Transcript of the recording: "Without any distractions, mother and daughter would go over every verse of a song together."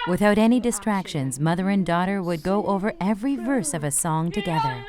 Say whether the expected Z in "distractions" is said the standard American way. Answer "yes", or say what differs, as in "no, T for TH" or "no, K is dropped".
yes